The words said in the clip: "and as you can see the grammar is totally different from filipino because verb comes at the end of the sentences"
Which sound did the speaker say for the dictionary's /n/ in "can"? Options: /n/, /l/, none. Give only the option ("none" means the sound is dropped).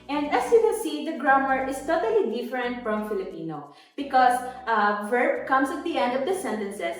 /l/